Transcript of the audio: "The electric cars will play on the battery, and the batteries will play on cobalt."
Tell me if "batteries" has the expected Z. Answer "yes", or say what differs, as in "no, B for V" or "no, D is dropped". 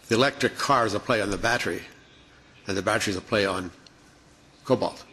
yes